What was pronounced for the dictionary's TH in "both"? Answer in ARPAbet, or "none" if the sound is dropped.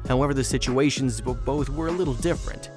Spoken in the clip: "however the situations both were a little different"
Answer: TH